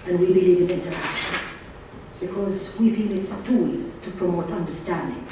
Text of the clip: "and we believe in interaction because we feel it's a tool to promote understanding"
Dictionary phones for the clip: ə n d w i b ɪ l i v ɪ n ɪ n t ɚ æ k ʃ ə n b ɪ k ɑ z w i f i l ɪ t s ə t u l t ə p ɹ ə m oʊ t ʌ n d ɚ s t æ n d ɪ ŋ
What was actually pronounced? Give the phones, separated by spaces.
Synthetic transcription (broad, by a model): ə n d w i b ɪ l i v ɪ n ɪ n t ɚ æ k ʃ ə n b ɪ k ɑ z w i f i l ɪ t s ə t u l t ə p ɹ ə m oʊ t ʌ n d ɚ s t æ n d ɪ ŋ